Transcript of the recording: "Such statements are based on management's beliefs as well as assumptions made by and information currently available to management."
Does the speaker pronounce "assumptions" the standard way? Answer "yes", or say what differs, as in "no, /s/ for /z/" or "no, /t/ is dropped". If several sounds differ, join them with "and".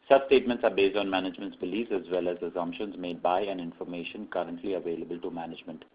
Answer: yes